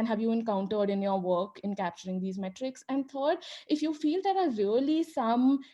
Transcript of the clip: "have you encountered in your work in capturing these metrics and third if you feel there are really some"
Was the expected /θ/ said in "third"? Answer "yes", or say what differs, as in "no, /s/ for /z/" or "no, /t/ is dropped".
no, /t/ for /θ/